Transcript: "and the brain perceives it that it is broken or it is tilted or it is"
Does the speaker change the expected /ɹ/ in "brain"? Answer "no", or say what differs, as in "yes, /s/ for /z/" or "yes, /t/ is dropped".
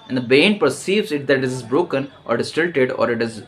yes, /ɹ/ is dropped